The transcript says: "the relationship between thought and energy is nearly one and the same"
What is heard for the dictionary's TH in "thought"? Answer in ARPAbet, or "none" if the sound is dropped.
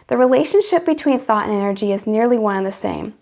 TH